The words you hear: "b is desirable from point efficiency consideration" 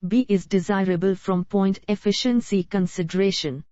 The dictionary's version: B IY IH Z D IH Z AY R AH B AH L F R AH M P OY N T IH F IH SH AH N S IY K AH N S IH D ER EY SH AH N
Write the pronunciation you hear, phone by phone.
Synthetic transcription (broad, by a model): B IY IH Z D IH Z AY R AH B AH L F R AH M P OY N T IH F IH SH AH N S IY K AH N S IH D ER EY SH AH N